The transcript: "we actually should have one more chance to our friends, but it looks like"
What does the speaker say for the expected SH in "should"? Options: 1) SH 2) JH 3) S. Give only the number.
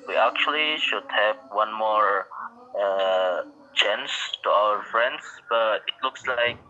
1